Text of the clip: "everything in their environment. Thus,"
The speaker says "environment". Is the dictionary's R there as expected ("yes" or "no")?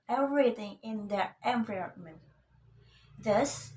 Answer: no